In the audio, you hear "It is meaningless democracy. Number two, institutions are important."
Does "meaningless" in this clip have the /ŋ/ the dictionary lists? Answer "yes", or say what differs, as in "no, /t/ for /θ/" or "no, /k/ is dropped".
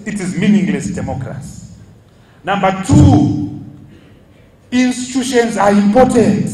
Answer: yes